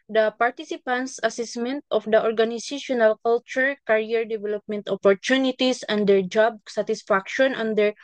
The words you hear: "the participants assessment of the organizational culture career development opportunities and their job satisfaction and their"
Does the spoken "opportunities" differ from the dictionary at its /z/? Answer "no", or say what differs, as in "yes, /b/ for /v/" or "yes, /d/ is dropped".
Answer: yes, /s/ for /z/